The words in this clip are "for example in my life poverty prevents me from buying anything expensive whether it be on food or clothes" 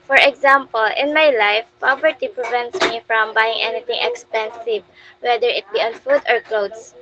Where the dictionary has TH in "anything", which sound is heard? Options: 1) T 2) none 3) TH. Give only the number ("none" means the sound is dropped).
1